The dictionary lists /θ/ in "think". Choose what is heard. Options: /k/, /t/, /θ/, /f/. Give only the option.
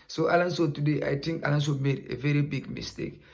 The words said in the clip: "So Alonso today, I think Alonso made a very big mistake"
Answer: /t/